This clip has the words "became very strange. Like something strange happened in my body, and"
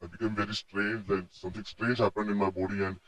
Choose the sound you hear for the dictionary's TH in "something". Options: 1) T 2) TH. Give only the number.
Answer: 1